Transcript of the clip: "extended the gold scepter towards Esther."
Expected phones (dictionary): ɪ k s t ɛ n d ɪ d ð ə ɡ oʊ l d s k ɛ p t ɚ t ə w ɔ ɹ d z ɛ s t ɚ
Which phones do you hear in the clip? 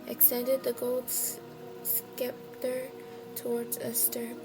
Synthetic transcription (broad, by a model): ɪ k s t ɛ n d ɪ d ð ə ɡ oʊ l d s k ɛ p t ɚ t ə w ɔ ɹ d z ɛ s t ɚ